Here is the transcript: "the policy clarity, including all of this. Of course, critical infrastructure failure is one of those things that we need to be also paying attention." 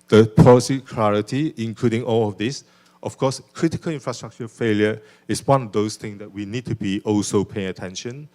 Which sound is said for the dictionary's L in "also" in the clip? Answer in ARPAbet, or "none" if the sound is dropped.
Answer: L